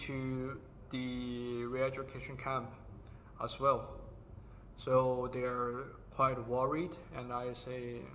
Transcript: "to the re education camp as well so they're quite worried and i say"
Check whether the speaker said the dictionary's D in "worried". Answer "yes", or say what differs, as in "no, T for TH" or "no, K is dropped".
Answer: yes